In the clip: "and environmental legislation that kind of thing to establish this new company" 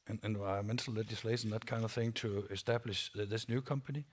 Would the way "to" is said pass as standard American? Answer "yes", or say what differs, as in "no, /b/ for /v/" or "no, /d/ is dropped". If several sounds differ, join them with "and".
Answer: yes